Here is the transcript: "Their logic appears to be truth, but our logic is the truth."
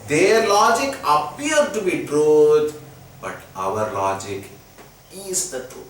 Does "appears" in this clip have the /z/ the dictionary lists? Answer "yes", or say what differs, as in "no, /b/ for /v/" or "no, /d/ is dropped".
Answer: no, /z/ is dropped